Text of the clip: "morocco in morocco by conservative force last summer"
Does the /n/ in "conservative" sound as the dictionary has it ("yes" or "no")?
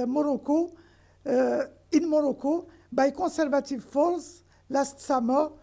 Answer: no